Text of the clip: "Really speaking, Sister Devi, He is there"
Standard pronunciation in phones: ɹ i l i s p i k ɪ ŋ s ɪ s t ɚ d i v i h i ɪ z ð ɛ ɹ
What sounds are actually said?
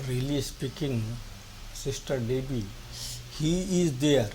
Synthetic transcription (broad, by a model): ɹ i l i s p i k ɪ ŋ s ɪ s t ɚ d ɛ b i h i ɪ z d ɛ ɹ